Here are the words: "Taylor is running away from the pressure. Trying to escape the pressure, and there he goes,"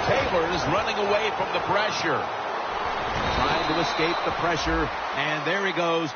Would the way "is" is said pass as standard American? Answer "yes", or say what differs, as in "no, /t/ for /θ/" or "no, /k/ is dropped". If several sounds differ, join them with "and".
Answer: yes